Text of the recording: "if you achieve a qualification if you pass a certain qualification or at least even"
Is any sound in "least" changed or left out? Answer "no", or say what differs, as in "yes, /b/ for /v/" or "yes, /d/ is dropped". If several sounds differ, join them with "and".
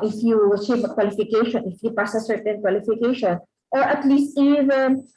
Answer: no